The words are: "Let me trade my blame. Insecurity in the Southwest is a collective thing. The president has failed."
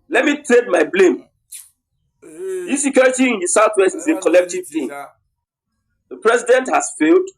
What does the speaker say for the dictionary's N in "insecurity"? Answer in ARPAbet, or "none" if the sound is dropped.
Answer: none